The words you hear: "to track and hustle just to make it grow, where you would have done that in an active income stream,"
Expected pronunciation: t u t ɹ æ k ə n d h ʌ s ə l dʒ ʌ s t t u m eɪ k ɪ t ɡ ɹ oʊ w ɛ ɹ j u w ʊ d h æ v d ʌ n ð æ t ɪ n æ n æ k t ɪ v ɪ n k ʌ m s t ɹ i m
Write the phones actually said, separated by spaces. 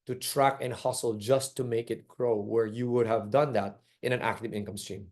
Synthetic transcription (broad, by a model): t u t ɹ æ k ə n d h ʌ s ə l dʒ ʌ s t t u m eɪ k ɪ t ɡ ɹ oʊ w ɛ ɹ j u w ʊ d h æ v d ʌ n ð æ t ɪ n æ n æ k t ɪ v ɪ n k ʌ m s t ɹ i m